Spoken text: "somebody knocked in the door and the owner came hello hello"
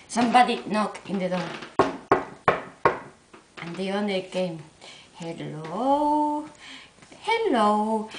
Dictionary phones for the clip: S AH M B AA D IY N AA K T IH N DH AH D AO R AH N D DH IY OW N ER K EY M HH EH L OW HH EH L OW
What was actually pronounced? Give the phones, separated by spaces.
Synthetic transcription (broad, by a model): S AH M B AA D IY N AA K IH N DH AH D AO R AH N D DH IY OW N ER K EY M HH EH L OW HH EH L OW